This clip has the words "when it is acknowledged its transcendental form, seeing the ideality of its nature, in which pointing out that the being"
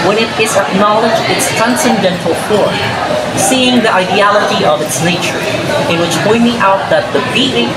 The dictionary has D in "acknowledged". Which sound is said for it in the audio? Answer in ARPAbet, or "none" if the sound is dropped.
none